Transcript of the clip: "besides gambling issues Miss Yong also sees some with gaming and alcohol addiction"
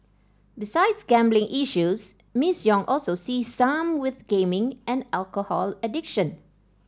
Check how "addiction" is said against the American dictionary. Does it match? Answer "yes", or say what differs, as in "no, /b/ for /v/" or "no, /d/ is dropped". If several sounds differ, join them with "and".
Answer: yes